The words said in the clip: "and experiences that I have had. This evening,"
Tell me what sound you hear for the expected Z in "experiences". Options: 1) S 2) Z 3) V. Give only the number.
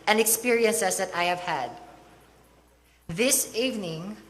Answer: 1